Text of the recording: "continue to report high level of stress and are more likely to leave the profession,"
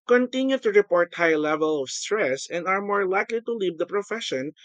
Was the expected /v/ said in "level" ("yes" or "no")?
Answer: yes